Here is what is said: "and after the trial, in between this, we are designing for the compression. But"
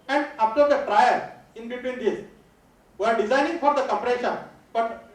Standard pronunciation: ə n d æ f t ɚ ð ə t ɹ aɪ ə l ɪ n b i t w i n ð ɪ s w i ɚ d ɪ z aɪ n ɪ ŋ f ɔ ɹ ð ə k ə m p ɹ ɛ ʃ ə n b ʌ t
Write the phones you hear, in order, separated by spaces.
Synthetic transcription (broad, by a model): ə n d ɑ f t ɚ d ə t ɹ aɪ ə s ɪ n b i t w i n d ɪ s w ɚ d ɪ z aɪ n ɪ ŋ f ɔ ɹ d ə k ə p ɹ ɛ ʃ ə n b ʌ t